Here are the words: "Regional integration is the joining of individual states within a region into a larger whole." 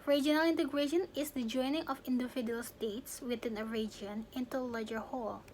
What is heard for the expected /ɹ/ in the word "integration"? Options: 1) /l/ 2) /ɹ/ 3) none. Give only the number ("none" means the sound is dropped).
2